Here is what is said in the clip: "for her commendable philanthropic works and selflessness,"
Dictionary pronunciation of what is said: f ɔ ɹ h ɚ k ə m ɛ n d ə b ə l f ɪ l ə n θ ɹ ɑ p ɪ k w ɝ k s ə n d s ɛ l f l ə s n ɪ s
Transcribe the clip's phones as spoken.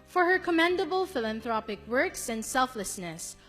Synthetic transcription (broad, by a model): f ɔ ɹ h ɚ k ə m ɛ n d ə b ə l f ɪ l ə n θ ɹ ɑ p ɪ k w ɝ k s ə n d s ɛ l f l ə s n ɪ s